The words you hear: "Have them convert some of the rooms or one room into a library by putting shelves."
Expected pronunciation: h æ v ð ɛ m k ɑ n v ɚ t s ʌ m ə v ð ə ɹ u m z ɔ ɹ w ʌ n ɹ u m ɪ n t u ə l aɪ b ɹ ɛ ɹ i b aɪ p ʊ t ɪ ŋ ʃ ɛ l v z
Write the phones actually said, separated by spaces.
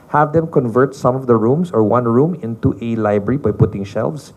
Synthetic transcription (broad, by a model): h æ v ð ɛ m k ɑ n v ɚ t s ʌ m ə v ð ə ɹ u m s ɔ ɹ w ʌ n ɹ u m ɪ n t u ə l aɪ b ɹ ɛ ɹ i b aɪ p ʊ t ɪ ŋ ʃ ɛ l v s